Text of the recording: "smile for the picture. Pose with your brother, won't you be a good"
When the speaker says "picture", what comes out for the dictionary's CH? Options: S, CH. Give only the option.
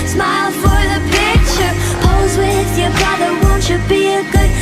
CH